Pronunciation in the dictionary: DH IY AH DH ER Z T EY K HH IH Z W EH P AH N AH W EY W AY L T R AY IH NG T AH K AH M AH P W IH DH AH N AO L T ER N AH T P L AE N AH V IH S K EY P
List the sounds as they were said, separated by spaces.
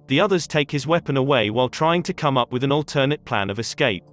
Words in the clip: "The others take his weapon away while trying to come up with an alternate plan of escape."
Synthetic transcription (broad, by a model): DH IY AH DH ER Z T EY K HH IH Z W EH P AH N AH W EY W AY L T R AY IH NG T AH K AH M AH P W IH DH AH N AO L T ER N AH T P L AE N AH V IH S K EY P